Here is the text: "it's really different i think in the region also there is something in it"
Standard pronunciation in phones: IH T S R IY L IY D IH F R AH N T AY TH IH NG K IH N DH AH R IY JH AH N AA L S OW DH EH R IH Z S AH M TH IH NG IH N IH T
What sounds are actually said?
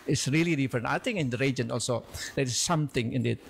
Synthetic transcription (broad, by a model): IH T S R IY L IY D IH F R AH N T AY T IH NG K IH N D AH R IY JH AH N AA L S OW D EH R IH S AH M T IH NG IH N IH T